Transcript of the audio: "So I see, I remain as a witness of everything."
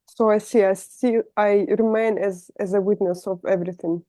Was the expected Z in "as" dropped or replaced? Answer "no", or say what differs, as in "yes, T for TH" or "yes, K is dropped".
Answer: no